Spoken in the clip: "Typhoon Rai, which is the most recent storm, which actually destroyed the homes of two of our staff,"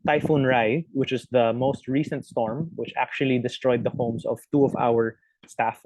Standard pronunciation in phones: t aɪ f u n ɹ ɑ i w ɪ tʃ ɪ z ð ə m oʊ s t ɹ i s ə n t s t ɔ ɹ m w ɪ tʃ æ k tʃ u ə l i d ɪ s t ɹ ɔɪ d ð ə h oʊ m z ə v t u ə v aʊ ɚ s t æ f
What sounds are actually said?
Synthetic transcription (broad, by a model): t aɪ f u n ɹ ɑ i w ɪ tʃ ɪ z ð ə m oʊ s t ɹ i s ə n t s t ɔ ɹ m w ɪ tʃ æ k tʃ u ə l i d ɪ s t ɹ ɔɪ d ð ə h oʊ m s ə v t u ə v aʊ ɚ s t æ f